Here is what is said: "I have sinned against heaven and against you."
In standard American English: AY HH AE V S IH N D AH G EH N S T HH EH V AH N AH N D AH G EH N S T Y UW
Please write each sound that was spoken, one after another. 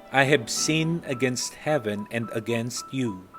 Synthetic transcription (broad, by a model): AY HH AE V S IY N AH G EH N S T HH EH V AH N AH N D AH G EH N S T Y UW